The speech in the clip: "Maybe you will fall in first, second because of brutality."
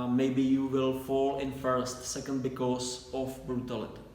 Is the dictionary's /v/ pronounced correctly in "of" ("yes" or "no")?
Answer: no